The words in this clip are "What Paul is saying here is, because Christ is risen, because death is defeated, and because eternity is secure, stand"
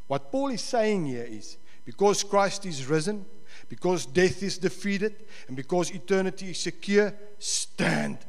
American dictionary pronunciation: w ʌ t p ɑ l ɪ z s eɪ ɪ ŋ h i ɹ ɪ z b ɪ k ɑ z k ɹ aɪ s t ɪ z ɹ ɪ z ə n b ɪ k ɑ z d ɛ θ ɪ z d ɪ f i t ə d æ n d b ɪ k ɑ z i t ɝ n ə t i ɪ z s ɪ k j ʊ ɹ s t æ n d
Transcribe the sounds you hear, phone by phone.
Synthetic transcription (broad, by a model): w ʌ t p ɑ l ɪ z s eɪ ɪ ŋ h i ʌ ɪ z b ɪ k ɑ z k ɹ aɪ s t ɪ z ɹ ɪ z ə n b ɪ k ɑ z d ɛ θ ɪ z d ɪ f i t ə d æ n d b ɪ k ɑ z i t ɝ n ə t i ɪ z s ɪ k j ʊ s t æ n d